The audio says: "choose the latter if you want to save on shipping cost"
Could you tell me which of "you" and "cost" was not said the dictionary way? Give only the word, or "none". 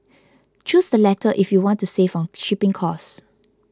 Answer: cost